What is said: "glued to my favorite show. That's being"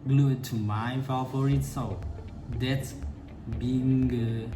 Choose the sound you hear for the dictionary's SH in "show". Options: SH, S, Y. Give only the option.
S